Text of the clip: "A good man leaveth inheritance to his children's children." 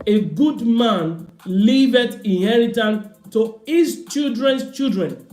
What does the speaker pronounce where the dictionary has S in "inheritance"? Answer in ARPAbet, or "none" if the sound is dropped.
none